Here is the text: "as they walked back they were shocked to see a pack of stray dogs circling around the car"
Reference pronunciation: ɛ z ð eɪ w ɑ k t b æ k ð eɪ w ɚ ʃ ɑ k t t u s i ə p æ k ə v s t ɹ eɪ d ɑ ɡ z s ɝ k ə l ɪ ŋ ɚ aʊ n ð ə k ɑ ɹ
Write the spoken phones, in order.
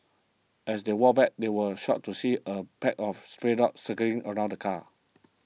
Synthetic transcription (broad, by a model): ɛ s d eɪ w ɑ b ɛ k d eɪ w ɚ ʃ ɑ t t u s i ə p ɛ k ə f s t ɹ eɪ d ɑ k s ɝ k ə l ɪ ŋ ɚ aʊ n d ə k ɑ